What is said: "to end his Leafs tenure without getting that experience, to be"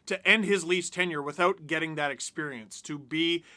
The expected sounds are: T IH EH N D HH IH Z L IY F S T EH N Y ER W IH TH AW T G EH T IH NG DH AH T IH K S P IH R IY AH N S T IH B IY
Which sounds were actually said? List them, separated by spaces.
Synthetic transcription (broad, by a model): T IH EH N D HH IH Z L IY S T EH N Y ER W IH TH AW T G EH T IH NG DH AH T IH K S P IH R IY AH N S T IH B IY